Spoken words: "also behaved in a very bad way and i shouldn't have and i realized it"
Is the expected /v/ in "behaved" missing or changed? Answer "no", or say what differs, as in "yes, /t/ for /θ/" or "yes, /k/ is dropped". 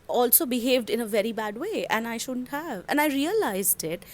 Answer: no